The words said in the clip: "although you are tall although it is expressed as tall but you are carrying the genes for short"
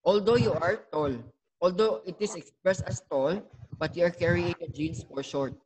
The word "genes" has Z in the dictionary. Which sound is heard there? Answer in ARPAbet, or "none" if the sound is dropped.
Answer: S